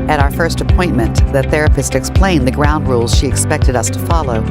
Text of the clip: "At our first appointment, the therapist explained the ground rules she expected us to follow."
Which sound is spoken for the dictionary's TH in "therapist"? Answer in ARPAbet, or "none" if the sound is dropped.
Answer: TH